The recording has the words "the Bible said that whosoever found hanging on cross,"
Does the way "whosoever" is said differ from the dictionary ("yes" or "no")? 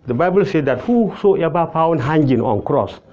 yes